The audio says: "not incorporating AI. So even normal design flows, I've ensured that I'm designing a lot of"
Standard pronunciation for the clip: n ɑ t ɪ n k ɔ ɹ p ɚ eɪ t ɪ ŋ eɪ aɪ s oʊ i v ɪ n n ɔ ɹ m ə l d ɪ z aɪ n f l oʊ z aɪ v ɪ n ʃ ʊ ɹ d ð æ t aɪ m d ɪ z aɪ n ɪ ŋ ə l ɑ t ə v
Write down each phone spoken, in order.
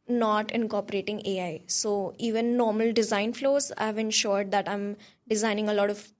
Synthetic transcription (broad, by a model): n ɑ t ɪ n k ɔ ɹ p ɚ eɪ t ɪ ŋ eɪ aɪ s oʊ i v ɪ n n ɔ ɹ m ə l d ɪ z aɪ n f l oʊ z aɪ v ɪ n ʃ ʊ ɹ d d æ t aɪ m d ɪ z aɪ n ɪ ŋ ə l ɑ t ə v